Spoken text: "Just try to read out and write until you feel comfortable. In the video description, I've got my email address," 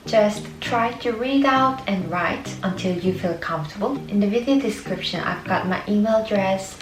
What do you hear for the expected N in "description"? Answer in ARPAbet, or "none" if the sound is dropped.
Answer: N